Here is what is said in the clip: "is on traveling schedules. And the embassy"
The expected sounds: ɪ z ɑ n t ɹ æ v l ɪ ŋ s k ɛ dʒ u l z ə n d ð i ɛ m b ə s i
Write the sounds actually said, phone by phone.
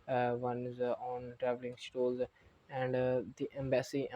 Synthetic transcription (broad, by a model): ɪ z ɑ n t ɹ æ v l ɪ ŋ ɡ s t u l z ə n d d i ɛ m b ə s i